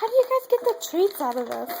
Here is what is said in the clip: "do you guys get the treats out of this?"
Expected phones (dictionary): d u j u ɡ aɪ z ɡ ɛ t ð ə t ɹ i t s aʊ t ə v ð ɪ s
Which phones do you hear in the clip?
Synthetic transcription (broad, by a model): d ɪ j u ɡ aɪ z ɡ ɛ t ð ə t ɹ i t s aʊ t ə v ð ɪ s